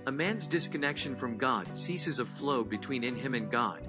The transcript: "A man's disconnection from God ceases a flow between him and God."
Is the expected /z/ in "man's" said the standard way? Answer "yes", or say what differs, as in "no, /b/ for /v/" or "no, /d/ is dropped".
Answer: yes